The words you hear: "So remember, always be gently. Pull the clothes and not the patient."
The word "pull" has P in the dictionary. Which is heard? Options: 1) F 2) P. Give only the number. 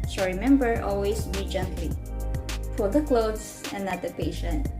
1